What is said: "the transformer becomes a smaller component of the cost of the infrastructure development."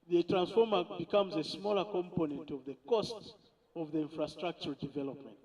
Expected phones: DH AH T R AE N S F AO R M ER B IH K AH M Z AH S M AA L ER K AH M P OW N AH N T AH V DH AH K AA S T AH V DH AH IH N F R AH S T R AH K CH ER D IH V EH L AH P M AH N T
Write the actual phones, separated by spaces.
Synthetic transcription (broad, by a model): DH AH T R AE N S F AO R M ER B IH K AH M Z AH S M AA L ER K AH M P OW N AH N T AH V DH AH K AA S T AH V DH AH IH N F R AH S T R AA K CH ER D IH V EH L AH P M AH N T